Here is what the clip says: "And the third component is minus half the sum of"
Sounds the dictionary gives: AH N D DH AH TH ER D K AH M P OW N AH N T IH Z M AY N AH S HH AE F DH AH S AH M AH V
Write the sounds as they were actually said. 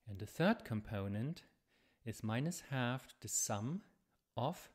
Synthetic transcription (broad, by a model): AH N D DH AH TH ER D K AH M P OW N AH N T IH Z M AY N AH S HH AE F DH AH S AH M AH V